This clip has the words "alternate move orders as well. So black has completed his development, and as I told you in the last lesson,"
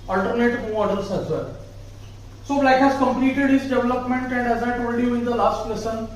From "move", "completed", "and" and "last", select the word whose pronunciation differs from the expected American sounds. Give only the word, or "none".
move